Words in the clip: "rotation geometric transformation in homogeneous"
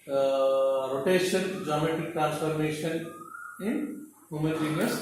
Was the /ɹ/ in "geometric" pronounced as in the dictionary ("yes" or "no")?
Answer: no